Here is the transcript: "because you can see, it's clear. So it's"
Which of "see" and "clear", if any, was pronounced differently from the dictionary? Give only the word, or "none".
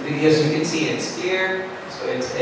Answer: clear